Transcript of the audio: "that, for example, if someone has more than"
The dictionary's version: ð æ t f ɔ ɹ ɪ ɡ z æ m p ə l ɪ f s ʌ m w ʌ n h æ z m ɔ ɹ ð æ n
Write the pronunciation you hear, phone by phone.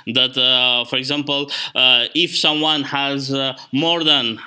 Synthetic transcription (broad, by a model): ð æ t f ɔ ɹ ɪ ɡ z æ m p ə l ɪ f s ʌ m w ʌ n h æ z m ɔ ɹ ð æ n